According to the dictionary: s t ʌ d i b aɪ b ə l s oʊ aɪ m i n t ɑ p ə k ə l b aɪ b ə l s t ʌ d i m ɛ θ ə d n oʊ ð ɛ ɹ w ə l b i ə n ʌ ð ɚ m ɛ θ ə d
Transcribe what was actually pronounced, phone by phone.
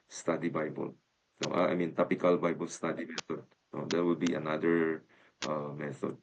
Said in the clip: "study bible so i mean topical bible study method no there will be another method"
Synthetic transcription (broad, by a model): s t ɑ d i b aɪ b ə l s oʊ aɪ m i n t ɑ p ə k ə l b aɪ b ə l s t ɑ d i m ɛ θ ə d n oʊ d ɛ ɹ w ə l b i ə n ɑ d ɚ m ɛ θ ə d